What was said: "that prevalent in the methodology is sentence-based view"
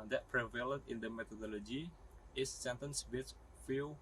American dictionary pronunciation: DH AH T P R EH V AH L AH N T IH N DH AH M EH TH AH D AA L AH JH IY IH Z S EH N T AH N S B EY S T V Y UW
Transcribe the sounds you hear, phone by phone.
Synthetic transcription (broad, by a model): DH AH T P R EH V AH L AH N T IH N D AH M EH T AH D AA L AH JH IY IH S EH N T AH N S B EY T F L